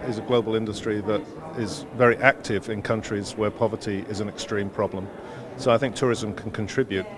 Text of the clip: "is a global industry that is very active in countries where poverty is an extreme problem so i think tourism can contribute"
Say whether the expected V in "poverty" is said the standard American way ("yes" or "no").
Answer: yes